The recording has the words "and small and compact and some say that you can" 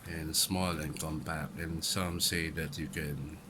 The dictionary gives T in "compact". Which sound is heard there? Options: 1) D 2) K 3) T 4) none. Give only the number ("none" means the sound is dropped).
4